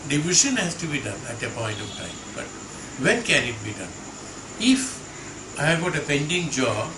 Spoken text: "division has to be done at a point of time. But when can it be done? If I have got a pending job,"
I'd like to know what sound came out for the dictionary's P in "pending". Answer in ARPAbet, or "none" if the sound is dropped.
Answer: P